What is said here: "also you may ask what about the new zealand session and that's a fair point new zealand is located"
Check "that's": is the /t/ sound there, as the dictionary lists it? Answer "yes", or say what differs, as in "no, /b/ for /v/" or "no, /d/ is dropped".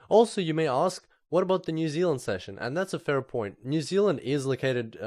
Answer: yes